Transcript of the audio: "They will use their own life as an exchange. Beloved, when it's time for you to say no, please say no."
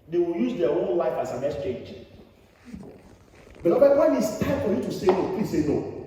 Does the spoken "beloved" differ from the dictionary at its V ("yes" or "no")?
yes